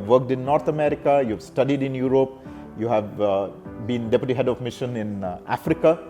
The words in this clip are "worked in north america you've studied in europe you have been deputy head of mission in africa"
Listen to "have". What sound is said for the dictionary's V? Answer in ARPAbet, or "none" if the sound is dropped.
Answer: V